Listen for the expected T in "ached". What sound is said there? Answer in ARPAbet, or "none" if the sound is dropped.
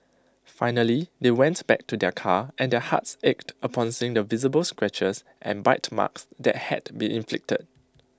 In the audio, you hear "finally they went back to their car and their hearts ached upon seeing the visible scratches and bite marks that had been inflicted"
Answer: T